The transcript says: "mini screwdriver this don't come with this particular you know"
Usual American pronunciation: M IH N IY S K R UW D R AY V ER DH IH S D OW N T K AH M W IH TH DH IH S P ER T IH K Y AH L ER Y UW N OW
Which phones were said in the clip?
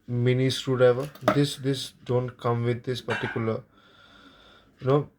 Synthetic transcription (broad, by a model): M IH N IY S R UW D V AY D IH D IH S D OW N T K AH M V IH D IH S P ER T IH K Y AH L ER Y UW N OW